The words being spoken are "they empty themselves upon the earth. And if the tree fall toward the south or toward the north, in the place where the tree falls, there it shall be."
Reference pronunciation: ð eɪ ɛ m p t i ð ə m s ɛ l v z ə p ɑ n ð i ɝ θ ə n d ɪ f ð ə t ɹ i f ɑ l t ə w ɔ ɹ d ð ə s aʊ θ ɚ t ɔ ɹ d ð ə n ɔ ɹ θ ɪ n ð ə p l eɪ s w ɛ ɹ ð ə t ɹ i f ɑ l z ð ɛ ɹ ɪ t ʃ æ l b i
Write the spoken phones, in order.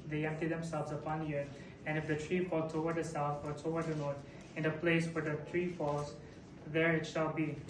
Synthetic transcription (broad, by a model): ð eɪ ɛ m p t i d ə m s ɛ l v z ə p ɑ n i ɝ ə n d ɪ f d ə t ɹ i f ɑ l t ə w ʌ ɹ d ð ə s aʊ t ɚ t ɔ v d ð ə n ɔ ɹ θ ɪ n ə p l eɪ s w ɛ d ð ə t ɹ i f ɑ l z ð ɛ ɹ ɪ t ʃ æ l b i